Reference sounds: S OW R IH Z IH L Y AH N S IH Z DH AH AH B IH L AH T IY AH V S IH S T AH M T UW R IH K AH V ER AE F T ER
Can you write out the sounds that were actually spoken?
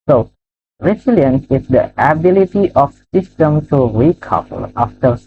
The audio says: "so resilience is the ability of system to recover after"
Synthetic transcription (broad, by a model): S OW R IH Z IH L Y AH N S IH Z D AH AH B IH L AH T IY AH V S IH S T AH M T UW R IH K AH P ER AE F T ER